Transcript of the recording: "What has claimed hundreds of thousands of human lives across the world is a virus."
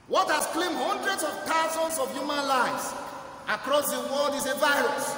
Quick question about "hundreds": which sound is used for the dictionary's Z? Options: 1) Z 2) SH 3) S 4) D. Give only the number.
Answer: 3